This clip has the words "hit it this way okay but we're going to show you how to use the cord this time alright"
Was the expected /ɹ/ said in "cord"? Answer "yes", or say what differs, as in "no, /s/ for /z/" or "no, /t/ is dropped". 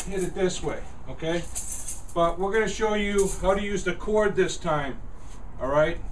yes